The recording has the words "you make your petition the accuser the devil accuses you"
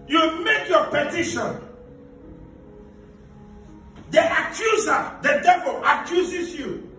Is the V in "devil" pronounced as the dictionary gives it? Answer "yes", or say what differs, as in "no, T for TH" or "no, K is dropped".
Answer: yes